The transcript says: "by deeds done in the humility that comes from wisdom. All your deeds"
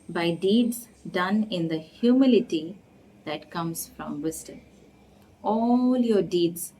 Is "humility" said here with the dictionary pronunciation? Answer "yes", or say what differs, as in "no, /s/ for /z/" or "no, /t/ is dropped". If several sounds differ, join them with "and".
yes